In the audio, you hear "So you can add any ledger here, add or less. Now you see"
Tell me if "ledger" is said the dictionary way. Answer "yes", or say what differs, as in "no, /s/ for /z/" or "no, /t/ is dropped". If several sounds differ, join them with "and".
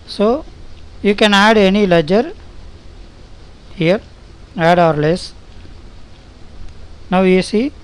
yes